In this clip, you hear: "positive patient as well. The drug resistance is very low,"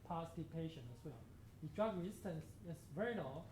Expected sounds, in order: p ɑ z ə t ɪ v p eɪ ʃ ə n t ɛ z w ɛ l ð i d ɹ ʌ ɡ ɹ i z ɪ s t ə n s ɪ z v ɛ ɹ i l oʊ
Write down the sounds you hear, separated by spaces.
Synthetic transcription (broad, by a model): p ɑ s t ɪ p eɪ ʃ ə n ɛ s w ɛ l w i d ɹ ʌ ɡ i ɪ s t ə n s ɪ s v ɛ ɹ i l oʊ